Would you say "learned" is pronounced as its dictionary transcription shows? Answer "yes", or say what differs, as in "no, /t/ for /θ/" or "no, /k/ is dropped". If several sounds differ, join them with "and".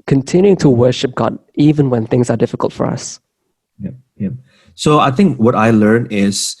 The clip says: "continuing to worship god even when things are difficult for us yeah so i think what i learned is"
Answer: no, /d/ is dropped